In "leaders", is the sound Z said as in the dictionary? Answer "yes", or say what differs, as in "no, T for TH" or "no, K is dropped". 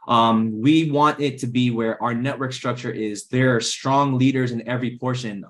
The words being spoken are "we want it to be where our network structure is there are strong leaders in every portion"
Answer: yes